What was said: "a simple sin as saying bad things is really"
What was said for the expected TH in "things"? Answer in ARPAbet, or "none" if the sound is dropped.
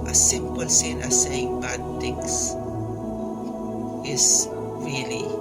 T